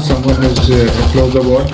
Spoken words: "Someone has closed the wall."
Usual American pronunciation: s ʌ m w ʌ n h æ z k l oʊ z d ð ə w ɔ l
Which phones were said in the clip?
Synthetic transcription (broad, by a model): s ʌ m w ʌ n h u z k l oʊ z d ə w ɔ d